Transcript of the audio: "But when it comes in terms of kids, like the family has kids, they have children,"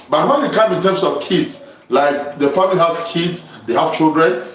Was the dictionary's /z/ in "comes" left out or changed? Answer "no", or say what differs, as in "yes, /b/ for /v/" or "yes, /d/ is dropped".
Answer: yes, /z/ is dropped